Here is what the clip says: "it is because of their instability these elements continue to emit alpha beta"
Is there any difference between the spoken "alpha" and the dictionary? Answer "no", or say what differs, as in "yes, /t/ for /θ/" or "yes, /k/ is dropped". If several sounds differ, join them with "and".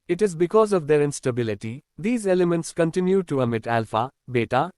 no